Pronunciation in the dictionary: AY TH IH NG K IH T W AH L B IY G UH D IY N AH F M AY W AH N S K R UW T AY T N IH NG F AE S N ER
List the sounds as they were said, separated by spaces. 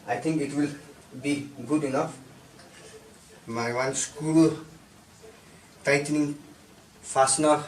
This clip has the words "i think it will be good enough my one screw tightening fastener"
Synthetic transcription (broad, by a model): AY T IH NG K IH T W AH L B IY G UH D IY N AH F M AY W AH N S K UW T AY T N IH NG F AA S N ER